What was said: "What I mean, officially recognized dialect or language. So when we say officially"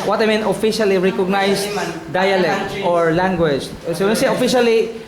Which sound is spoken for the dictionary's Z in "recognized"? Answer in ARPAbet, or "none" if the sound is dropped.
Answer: S